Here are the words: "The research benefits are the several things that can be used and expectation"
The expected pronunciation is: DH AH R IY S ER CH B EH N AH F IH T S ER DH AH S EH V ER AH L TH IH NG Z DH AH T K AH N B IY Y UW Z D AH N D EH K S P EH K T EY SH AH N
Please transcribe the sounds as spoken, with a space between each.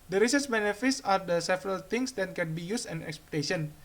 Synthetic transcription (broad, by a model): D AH R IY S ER S B EH N AH F IH T S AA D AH S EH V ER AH L T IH NG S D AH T K AH N B IY Y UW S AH N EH K S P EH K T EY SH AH N